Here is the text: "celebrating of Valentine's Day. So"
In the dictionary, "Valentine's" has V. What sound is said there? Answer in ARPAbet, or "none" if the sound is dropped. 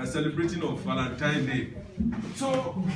F